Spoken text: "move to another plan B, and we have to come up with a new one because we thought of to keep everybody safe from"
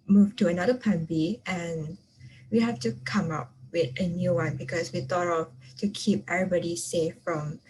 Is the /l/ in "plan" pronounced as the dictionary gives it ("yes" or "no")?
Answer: no